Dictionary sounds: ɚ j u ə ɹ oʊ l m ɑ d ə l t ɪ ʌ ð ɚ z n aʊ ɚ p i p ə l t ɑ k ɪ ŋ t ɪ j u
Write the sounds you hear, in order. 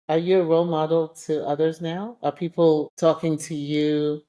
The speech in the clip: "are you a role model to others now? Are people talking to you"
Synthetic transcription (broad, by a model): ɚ j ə ɹ oʊ l m ɑ d l t ɪ ʌ ð ɚ z n aʊ ɚ p i p l t ɑ k ɪ ŋ t ɪ j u